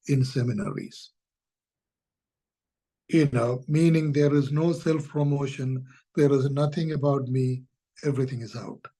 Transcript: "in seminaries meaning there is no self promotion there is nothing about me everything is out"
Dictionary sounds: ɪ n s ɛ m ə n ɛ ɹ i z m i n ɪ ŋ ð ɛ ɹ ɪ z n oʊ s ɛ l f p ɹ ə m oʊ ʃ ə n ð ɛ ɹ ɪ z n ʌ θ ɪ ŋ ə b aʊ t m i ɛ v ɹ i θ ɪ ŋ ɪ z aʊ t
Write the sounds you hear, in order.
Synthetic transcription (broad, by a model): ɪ n s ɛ m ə n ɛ ɹ i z m i n ɪ ŋ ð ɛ ɹ ɪ z n oʊ s ɛ l f p ɹ ə m oʊ ʃ ə n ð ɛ ɹ ɪ z n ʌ t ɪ ŋ ə b aʊ t m i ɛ v ɹ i t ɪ ŋ ɪ z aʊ t